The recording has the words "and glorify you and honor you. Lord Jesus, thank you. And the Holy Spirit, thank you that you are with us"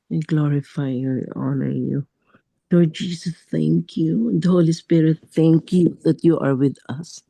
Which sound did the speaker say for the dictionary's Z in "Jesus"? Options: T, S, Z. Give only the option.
S